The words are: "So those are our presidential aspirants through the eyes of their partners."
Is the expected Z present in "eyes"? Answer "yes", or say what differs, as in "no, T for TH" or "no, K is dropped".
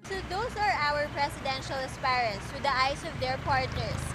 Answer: no, S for Z